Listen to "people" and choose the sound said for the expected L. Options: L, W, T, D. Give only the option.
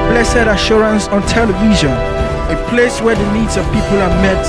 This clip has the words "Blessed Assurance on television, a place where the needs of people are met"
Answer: L